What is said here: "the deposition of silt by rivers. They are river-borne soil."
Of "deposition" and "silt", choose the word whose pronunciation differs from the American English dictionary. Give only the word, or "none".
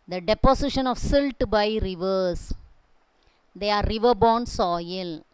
deposition